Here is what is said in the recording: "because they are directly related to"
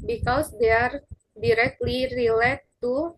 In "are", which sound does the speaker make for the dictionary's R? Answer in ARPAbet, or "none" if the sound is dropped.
R